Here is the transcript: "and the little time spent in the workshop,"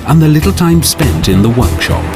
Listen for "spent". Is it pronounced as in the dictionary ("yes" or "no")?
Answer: yes